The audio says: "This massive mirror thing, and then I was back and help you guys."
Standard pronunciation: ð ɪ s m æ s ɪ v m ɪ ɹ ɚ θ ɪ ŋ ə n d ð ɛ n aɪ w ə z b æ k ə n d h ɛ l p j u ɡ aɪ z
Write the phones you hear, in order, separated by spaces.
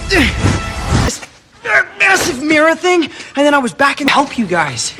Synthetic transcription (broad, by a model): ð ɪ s m æ s ɪ v m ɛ ɹ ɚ θ ɪ ŋ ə n ð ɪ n aɪ w ə z b æ k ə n h ɛ l p j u ɡ aɪ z